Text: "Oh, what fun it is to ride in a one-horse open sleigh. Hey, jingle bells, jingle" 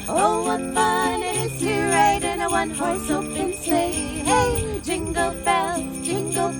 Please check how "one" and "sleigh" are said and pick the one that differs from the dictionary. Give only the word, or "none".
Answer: sleigh